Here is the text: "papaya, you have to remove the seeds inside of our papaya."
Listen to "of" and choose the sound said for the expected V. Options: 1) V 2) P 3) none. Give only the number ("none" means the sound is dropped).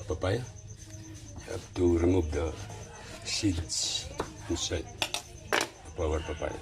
2